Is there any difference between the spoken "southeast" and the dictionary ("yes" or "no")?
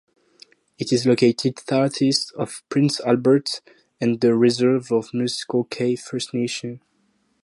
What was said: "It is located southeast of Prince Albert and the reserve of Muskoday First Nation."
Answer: yes